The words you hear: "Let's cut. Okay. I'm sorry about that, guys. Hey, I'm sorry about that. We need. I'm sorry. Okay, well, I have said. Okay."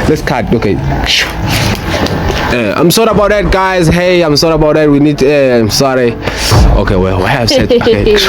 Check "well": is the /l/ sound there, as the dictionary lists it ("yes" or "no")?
no